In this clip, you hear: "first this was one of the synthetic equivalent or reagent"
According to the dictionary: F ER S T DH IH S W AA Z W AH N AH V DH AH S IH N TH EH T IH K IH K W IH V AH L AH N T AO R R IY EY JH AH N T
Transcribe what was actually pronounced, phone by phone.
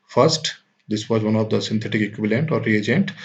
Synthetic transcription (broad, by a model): F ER S T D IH S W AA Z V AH N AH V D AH S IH N T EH T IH K IH K W IH V AH L AH N T AO R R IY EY JH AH N T